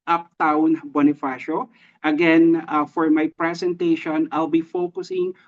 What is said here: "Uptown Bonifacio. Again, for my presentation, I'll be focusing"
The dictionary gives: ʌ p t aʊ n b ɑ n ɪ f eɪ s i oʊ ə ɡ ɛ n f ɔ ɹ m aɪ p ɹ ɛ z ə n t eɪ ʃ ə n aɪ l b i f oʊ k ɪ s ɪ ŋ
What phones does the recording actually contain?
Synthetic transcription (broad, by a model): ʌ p t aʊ n b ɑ n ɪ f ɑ ʃ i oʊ ə ɡ ɛ n f ɔ ɹ m aɪ p ɹ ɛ s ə n t eɪ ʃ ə n aɪ l b i f oʊ k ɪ s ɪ ŋ